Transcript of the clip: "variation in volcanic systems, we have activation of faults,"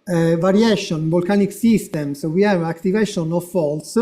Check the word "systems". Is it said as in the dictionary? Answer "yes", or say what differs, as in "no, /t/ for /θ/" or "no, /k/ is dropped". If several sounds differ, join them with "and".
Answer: no, /s/ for /z/